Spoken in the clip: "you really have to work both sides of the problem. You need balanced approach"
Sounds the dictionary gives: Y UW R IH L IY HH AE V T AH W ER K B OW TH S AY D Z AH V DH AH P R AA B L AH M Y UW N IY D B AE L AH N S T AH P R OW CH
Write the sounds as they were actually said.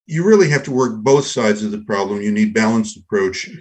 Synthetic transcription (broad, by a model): Y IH R IH L IY HH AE F T AH W ER K B OW TH S AY D Z AH V DH AH P R AA B L AH M Y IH N IY D B AE L AH N S T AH P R OW CH